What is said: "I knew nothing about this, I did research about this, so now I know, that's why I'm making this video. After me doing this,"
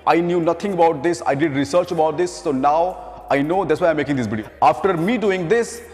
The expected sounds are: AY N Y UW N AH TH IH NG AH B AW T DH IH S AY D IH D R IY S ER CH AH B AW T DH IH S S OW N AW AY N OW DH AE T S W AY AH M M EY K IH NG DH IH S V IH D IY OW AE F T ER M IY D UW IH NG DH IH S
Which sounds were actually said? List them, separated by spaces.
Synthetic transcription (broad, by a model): AY N Y UW N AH T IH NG AH B AW T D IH S AY D IH D R IY S ER CH AH B AW T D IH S S OW N AW AY N OW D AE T S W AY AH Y M EY K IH NG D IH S B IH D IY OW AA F T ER M IY D UW IH NG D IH S